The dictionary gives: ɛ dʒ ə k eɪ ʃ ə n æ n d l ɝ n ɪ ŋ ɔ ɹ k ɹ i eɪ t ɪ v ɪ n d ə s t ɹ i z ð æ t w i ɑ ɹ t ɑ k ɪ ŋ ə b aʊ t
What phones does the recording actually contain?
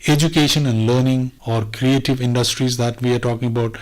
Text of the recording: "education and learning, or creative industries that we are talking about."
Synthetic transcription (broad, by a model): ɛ dʒ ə k eɪ ʃ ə n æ n d l ɝ n ɪ ŋ ɔ ɹ k ɹ i eɪ t ɪ v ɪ n d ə s t ɹ i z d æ t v i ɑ ɹ t ɑ k ɪ ŋ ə b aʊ t